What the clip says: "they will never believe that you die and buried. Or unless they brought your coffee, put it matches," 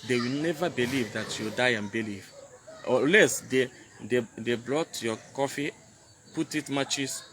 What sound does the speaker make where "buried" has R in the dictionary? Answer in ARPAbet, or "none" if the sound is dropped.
L